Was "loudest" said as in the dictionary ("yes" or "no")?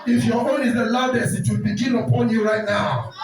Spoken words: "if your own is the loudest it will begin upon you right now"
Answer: no